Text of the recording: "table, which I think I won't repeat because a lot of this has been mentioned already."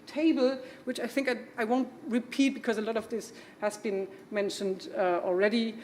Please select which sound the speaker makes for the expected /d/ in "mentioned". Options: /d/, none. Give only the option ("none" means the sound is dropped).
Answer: /d/